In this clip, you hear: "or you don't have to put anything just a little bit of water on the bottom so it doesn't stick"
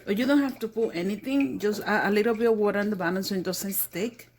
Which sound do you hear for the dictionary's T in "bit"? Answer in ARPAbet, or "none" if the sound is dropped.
none